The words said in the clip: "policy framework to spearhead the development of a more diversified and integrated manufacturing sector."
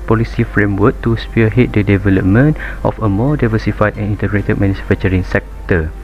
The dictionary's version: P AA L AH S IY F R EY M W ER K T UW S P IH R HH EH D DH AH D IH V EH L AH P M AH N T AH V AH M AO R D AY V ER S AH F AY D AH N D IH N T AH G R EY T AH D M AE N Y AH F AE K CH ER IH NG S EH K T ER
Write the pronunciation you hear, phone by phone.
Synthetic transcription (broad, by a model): P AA L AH S IY F R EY M W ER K T UW S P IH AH HH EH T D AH D IH V EH L AH P M AH N T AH F AH M AO D AY V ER S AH F AY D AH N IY N T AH G R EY T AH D M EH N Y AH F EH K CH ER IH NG S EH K T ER